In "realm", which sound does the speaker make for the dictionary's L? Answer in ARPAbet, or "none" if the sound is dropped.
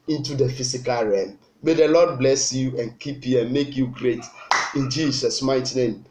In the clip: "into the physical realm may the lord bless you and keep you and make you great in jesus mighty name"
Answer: none